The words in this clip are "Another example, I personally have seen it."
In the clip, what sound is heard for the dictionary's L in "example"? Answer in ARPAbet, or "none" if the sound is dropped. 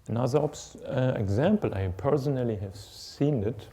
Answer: L